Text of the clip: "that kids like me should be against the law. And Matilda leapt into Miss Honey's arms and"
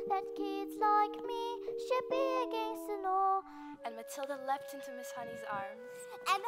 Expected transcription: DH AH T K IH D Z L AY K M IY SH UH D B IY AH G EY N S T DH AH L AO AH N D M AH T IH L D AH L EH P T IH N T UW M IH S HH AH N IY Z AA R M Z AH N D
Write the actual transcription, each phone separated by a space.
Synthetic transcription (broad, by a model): DH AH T K IH D Z L AY K M IY SH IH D B IY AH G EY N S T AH N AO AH N M AH T IH L D AH L EH P T IH N T UW M IH S HH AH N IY Z AA R M Z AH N